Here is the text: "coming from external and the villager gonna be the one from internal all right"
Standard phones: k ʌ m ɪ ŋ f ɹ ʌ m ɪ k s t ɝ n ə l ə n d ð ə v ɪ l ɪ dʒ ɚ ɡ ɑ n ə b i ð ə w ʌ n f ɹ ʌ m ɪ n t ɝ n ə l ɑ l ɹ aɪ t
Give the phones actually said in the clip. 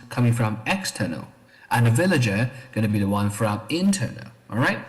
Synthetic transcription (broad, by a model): k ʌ m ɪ ŋ f ɹ ʌ m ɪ k s t ɝ n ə l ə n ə v ɪ l ɪ dʒ ɚ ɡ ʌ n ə b i ð ə w ʌ n f ɹ ʌ m ɪ n t ɝ n ə l ɑ l ɹ aɪ t